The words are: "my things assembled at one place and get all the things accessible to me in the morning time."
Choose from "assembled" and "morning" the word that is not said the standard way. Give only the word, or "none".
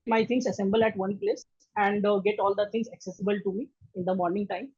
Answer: assembled